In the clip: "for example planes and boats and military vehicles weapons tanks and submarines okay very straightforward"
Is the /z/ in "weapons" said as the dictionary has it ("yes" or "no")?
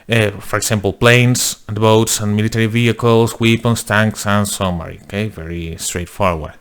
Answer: no